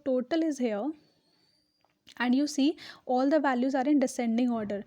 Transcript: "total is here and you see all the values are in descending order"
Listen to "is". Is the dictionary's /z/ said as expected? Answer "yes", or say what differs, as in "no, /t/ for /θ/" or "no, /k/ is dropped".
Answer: yes